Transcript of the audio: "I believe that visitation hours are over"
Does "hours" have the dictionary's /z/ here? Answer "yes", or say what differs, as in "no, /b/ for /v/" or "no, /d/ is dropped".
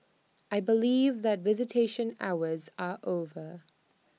yes